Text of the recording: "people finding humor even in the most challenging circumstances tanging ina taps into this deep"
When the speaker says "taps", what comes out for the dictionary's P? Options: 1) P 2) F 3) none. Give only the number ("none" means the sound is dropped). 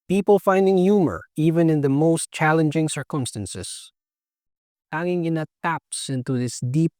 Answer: 1